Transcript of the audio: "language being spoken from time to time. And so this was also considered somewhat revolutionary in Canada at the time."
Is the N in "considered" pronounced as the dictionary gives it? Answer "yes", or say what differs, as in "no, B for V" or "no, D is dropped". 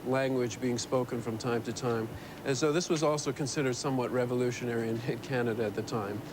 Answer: yes